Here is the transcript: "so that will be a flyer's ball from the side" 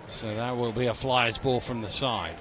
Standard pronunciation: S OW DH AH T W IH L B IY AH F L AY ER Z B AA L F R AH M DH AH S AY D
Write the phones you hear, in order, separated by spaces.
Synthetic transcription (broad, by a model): S OW DH AH T W IH L B IY AH F L AY ER Z B AA L F R AH M DH AH S AY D